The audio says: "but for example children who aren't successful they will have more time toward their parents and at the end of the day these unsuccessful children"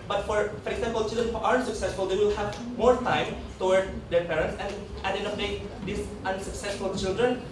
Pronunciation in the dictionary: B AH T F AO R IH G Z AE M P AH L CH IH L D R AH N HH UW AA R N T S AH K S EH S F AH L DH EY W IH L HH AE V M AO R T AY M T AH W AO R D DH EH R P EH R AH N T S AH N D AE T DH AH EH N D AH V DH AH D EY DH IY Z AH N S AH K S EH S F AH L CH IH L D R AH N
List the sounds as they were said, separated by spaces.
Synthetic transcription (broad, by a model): B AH T F AO R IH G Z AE M P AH L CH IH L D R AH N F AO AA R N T S AH K S EH S F AH L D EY W IH L HH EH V M AO R T AY M T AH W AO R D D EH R P EH R AH N T S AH N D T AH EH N AH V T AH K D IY S AH N S AH K S EH S F AH L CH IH L D R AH N